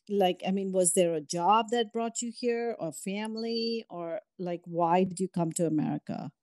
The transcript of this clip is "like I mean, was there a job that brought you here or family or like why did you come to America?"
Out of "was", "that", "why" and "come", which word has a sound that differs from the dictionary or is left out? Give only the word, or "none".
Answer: none